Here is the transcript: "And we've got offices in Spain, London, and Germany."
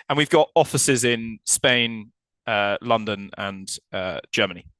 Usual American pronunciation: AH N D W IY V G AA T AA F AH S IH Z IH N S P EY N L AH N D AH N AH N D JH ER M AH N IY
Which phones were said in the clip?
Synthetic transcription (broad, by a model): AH N W IY V G AA T AA F AH S IH Z IH N S P EY N L AH N D AH N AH N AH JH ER M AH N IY